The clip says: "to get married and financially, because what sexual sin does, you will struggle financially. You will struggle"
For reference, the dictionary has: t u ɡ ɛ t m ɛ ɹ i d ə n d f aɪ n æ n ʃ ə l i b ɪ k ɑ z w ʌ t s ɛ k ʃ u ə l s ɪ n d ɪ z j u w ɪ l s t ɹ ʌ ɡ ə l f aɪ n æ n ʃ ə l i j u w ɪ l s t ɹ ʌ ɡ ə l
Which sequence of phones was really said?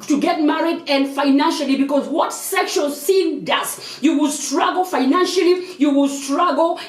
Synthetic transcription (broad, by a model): t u ɡ ɛ t m ɛ ɹ i d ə n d f aɪ n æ n ʃ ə l i b ɪ k ɑ z w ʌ t s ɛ k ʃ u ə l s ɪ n d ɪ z j u w ɪ l s t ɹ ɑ ɡ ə l f aɪ n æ n ʃ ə l i j u w ɪ l s t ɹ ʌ ɡ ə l